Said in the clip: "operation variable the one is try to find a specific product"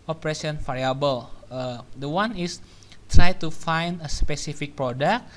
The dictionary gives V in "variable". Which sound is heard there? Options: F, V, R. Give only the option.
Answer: F